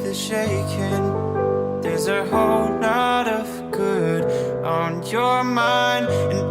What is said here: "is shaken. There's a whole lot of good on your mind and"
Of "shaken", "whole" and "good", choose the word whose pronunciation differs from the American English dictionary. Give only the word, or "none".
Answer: none